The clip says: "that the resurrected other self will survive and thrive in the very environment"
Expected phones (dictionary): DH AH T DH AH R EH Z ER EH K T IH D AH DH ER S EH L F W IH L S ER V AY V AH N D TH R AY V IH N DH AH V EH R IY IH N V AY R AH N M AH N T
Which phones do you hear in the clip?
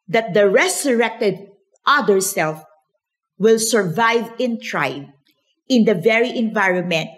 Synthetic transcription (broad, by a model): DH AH T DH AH R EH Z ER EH K T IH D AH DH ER S EH L F W IH L S ER V AY V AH N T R AY B IH N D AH V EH R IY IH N V AY R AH N M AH N T